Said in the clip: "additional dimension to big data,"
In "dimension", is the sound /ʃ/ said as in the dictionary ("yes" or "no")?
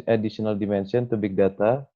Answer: no